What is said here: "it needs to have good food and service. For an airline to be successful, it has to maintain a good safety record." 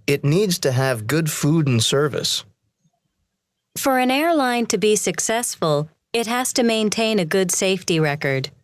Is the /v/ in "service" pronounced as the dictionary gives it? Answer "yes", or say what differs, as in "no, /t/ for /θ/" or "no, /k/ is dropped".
yes